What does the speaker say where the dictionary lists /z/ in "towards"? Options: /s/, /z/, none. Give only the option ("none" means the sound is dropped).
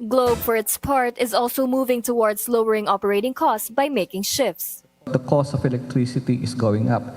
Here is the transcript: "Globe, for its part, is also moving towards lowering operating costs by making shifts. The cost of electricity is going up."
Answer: /s/